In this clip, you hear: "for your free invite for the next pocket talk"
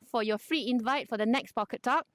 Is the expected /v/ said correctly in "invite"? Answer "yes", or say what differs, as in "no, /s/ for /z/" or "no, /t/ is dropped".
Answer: yes